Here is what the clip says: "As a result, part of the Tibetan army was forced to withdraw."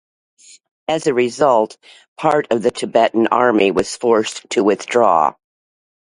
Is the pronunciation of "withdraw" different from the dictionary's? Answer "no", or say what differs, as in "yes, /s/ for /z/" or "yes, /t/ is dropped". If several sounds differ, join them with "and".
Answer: no